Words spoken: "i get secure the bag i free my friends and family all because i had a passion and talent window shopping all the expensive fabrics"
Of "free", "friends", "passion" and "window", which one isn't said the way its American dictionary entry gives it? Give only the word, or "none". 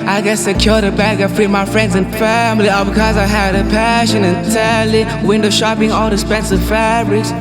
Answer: none